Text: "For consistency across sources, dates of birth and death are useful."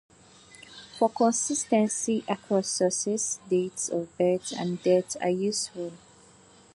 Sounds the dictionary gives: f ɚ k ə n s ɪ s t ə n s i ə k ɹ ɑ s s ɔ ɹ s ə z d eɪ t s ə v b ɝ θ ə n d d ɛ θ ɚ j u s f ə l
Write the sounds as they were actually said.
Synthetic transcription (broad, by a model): f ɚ k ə n s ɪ s t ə n s i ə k ɑ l s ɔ s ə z d eɪ t s ə v b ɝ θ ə n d d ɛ t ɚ j u s f ə l